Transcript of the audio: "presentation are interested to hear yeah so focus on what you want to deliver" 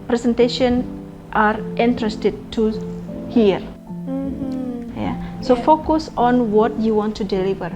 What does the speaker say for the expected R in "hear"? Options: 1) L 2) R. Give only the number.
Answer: 2